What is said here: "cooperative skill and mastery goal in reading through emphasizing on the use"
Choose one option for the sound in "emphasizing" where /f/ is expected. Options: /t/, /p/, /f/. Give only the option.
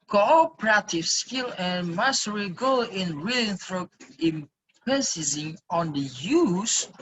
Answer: /p/